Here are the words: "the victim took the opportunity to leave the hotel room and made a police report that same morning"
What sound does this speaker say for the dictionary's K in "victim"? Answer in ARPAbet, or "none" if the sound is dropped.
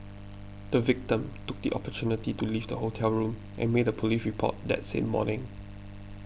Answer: K